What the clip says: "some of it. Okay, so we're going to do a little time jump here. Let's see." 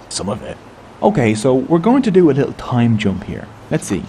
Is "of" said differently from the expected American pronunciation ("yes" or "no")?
no